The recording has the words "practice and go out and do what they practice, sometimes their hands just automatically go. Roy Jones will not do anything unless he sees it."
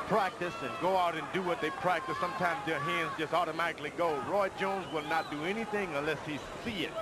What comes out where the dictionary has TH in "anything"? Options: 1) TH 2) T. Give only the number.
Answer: 1